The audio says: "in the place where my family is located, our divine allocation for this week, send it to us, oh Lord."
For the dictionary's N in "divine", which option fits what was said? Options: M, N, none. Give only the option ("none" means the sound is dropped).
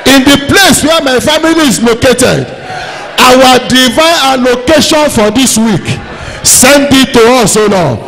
none